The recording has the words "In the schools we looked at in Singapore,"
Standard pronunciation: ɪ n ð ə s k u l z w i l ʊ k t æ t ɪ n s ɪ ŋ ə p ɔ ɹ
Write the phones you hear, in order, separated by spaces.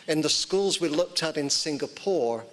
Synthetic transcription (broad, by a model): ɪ n ð ə s k u l z w i l ʊ k t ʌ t ɪ n s ɪ ŋ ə p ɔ ɹ